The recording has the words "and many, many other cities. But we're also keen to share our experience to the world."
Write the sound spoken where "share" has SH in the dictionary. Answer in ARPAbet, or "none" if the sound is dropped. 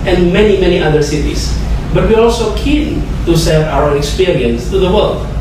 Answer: S